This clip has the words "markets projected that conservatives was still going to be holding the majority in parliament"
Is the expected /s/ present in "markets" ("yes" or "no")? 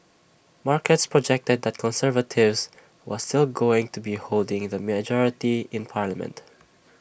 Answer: yes